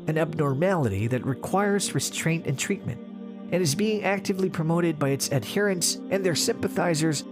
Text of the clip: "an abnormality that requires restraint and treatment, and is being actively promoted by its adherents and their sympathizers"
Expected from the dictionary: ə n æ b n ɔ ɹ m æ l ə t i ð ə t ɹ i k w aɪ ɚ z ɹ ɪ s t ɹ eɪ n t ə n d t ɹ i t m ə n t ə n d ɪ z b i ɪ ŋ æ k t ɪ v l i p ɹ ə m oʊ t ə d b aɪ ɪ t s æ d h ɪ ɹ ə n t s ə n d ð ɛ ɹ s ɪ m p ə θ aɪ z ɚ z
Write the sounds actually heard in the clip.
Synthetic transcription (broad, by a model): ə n æ b n ɔ ɹ m æ l ə t i ð ə t ɹ i k w aɪ ɚ z ɹ ɪ s t ɹ eɪ n t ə n t ɹ i t m ə n t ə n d ɪ z b i ɪ ŋ æ k t ɪ v l i p ɹ ə m oʊ t ə d b aɪ ɪ t s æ d h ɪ ɹ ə n s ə n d ð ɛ ɹ s ɪ m p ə θ aɪ z ɚ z